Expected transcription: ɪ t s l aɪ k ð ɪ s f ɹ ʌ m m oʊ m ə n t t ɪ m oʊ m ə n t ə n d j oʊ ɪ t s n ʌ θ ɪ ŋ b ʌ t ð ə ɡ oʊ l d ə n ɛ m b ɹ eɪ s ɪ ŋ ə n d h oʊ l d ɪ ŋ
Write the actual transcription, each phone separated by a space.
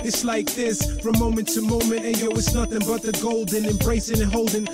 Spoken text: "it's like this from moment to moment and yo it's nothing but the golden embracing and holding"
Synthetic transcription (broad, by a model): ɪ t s l aɪ k ð ɪ s f ɹ ʌ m m oʊ m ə n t t ɪ m oʊ m ə n t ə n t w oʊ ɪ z n ʌ θ ɪ ŋ b ʌ t ð ə ɡ oʊ l d ə n ɛ m b ɹ eɪ s ɪ ŋ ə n h oʊ l d ɪ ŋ